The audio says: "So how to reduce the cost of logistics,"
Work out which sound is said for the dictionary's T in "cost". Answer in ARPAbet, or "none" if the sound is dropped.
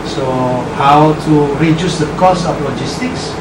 none